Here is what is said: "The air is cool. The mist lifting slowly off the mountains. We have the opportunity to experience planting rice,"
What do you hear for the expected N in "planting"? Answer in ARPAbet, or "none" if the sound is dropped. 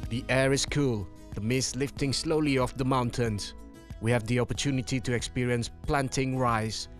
N